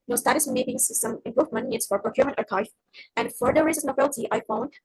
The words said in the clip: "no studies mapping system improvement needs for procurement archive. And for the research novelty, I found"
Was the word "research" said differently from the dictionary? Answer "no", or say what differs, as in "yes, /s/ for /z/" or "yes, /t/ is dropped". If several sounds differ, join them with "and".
yes, /s/ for /tʃ/